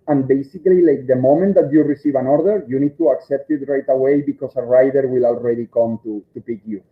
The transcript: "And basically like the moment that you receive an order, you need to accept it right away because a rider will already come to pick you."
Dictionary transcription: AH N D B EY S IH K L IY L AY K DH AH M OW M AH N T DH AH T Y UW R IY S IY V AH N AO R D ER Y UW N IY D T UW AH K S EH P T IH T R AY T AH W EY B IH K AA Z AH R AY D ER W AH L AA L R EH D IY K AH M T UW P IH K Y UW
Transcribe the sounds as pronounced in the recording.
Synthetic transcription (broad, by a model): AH N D B EY S IH K L IY L AY K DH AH M OW M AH N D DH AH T Y UW R IY S IY V AH N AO R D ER Y UW N IY D T UW AH K S EH P T IH T R AY T AH W EY B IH K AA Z AH R AY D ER W AH L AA L R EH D IY K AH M T UW P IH K Y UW